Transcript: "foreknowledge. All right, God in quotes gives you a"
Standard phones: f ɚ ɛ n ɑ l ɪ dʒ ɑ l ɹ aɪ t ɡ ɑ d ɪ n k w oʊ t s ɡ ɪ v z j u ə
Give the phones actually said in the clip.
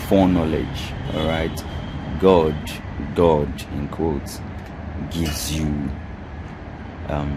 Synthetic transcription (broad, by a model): f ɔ n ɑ l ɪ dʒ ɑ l ɹ aɪ t ɡ ɑ d ɪ n k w oʊ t ɡ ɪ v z j u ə